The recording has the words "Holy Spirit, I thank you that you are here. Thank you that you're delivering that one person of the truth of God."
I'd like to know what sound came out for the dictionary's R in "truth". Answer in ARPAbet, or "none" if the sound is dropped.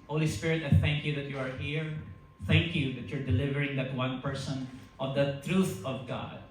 R